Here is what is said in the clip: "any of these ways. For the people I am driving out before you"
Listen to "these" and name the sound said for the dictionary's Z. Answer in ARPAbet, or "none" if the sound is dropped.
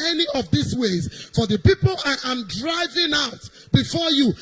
S